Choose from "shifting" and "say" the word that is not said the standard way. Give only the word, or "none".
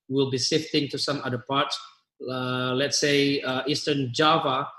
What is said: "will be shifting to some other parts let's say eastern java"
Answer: shifting